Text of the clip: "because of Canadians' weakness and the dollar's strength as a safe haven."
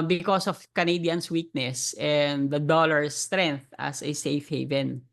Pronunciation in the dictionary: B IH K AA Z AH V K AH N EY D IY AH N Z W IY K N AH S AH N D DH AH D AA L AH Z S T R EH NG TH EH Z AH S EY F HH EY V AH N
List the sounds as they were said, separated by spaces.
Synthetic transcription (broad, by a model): B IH K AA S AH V K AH N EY D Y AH N S W IY K N AH S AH N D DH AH D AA L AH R S T R EH NG TH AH S AH S EY F HH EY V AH N